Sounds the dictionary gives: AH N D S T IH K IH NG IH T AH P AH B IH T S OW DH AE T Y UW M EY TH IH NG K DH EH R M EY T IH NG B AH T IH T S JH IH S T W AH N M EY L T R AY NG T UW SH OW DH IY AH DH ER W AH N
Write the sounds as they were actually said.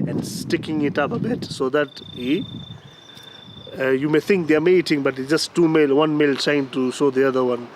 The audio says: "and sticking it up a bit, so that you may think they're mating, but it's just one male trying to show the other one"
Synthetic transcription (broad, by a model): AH N D S T IH K IH NG IH T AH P AH B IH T S OW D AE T Y UW M EY T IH NG K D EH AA M EY T IH NG B AH T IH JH S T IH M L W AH N M EY L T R AY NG T UW SH OW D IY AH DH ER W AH N